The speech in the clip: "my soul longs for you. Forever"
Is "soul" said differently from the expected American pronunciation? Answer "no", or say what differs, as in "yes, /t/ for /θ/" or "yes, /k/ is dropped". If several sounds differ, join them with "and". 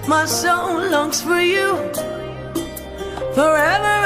yes, /n/ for /l/